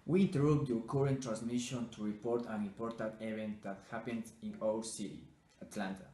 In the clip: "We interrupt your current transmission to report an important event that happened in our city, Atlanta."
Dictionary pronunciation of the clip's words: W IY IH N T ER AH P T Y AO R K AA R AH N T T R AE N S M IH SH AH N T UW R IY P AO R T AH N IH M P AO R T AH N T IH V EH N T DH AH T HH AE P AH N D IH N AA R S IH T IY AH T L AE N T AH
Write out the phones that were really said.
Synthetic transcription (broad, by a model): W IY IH N T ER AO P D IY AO K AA R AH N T T R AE N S M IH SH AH N T UW R IY P AO R T AH N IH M P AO R T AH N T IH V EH N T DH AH T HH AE P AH N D IH N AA L S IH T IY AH T L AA N T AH